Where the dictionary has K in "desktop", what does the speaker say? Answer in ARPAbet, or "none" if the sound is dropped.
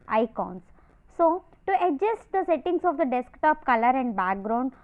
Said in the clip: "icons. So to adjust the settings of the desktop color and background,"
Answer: K